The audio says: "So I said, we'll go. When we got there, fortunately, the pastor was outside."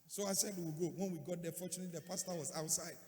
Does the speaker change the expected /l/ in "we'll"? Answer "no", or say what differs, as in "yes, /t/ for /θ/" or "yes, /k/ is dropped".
yes, /w/ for /l/